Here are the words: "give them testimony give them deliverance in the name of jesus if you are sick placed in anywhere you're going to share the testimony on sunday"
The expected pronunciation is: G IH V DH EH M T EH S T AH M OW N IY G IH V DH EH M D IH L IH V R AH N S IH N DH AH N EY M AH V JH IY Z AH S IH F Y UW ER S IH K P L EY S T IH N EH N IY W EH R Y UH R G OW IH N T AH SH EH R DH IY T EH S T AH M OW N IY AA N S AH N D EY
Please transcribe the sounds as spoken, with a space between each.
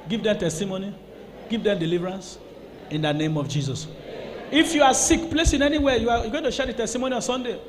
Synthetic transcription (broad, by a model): G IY V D EH M T EH S T AH M OW N IY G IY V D EH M D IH L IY V R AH N S IH N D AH N EY M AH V JH IY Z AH S IH F Y UW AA S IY K P L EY S IH N EH N IY W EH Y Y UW G OW IH N T AH SH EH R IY T EH S T AH M OW N IY AA N S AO N D EY